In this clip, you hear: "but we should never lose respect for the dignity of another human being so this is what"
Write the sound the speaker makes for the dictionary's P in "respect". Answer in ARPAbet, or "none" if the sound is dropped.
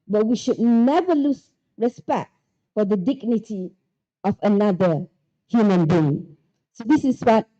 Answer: P